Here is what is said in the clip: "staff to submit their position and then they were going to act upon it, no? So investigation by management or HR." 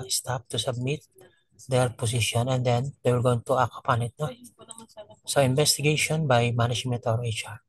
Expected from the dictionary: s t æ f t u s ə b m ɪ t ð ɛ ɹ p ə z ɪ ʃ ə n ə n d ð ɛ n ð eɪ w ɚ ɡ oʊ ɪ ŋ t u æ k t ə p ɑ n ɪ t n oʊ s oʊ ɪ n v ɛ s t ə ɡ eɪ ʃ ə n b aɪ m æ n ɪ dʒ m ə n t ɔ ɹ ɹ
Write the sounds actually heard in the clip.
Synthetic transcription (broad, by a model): s t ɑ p t u s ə b m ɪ t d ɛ ɹ p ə s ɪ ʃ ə n ə n d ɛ n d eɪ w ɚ ɡ oʊ ɪ ŋ t u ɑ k ə p ɑ n ɪ t n oʊ s oʊ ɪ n b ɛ s t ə ɡ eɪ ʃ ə n b aɪ m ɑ n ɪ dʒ m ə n t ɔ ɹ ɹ